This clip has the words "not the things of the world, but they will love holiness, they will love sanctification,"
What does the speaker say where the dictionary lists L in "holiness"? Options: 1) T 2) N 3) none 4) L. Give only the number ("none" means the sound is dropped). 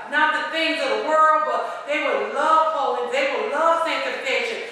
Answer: 3